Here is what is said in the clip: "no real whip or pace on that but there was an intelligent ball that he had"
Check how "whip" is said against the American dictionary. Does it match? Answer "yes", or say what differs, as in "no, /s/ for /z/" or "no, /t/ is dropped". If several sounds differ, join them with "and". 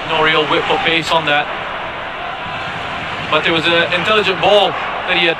no, /f/ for /p/